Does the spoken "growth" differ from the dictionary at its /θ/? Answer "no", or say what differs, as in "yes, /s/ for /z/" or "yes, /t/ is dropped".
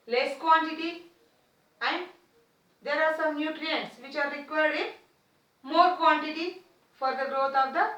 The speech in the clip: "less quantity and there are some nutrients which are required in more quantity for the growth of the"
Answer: yes, /t/ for /θ/